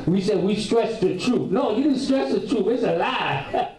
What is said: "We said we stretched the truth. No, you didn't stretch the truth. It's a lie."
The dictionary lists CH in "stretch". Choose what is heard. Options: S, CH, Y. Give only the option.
S